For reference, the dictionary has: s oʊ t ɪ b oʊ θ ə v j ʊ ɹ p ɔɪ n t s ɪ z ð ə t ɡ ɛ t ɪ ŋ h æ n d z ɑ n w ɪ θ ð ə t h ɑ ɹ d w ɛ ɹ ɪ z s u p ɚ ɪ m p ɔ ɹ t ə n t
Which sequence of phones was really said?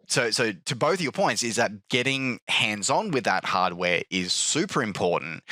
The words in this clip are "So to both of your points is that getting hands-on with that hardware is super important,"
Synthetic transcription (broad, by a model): s oʊ t ɪ b oʊ θ ə v j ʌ ɹ p ɔɪ n t s ɪ z ð ə t ɡ ɛ t ɪ ŋ h æ n d z n w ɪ ð ə t h ɑ ɹ d w ɛ ɹ ɪ z s u p ɚ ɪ m p ɔ ɹ t n t